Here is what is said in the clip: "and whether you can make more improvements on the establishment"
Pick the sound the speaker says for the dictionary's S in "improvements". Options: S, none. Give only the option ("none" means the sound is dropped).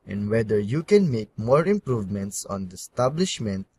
S